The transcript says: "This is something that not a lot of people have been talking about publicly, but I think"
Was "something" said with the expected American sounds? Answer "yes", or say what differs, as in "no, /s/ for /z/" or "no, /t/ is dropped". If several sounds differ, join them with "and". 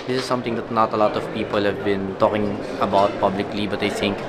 no, /t/ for /θ/